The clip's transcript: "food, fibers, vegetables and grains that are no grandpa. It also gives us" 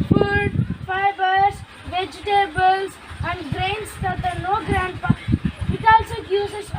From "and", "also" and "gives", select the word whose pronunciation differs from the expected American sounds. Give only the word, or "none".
gives